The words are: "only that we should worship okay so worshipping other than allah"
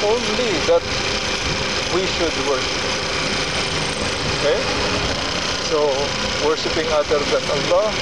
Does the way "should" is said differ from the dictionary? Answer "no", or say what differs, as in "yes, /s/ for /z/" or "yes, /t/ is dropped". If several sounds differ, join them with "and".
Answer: no